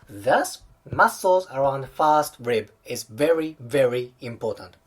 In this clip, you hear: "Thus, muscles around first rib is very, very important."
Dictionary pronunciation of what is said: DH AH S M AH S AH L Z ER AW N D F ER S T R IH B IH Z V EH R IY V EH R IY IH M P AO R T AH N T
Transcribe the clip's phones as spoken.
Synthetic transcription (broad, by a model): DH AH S M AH S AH L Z ER AW N D F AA S T R IH B IH Z V EH R IY V EH R IY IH M P AO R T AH N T